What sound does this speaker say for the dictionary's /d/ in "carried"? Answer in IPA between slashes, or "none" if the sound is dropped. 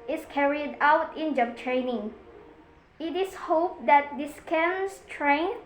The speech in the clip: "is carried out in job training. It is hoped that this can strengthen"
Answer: /d/